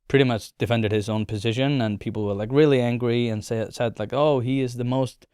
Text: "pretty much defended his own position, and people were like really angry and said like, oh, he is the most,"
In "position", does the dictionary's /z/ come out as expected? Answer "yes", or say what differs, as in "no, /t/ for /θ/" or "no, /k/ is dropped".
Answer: yes